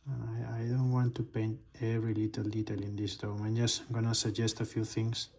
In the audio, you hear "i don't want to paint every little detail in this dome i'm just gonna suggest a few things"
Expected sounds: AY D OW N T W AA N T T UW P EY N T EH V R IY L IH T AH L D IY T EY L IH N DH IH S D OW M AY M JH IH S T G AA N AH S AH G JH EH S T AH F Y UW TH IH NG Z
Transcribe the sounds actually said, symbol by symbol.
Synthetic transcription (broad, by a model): AY D OW N T W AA N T T UW P EY N T EH V R IY L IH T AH L D IY T EY L IH N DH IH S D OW M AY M JH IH S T G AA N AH S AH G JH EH S T AH F Y UW TH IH NG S